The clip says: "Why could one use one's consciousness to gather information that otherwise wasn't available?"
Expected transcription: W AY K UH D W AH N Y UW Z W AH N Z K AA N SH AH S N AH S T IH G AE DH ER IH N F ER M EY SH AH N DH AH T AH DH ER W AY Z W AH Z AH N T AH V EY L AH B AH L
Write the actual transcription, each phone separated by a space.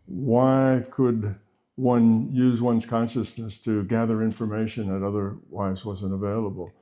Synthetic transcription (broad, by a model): W AY K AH D W AH N Y UW Z W AH N Z K AA N SH AH S N AH S T IH G AE DH ER IH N F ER M EY SH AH N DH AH T AH DH ER W AY Z W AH Z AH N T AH V EY L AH B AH L